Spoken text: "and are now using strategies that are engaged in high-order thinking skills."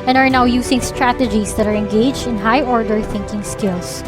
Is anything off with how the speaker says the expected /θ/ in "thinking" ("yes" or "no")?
no